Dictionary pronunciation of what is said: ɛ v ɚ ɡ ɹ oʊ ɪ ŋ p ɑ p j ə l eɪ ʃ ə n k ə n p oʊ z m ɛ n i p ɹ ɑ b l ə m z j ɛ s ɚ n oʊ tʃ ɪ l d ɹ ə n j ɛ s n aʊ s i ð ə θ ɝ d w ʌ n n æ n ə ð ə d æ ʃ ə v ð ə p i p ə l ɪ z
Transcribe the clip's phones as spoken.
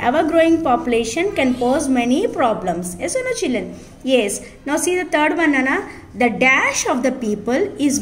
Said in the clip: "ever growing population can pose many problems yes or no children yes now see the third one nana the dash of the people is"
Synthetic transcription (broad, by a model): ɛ v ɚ ɡ ɹ oʊ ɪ ŋ p ɑ p j ə l eɪ ʃ ə n k ə n p oʊ z m ɛ n i p ɹ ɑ b l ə m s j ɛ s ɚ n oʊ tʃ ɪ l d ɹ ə n j ɛ s n aʊ s i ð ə t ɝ d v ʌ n n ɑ n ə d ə d æ ʃ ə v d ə p i p ə l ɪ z